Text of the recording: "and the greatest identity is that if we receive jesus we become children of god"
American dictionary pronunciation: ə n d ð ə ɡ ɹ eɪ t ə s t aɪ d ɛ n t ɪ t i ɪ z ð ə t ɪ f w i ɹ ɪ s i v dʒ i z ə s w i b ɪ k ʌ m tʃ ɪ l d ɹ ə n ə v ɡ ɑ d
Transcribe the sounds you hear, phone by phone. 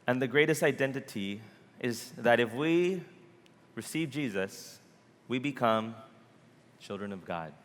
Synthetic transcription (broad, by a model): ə n ð ə ɡ ɹ eɪ t ə s t aɪ d ɛ n t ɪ t i ɪ z ð ə t ɪ f w i ɹ ɪ s i v dʒ i z ə s w i b ɪ k ʌ m tʃ ɪ l d ɹ ə n ə v ɡ ɑ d